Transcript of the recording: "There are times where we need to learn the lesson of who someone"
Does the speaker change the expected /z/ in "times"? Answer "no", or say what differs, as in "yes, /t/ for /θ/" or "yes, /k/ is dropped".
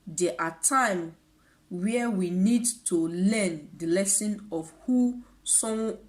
yes, /z/ is dropped